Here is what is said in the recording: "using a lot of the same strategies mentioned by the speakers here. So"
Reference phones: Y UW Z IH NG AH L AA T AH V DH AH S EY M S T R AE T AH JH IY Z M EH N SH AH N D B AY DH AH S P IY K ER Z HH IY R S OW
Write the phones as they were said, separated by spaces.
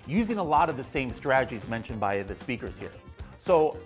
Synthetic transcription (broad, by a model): Y UW Z IH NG AH L AA T AH V DH AH S EY M S T R AE T AH JH IY Z M EH N SH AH N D B AY DH AH S P IY K ER Z HH IY R S OW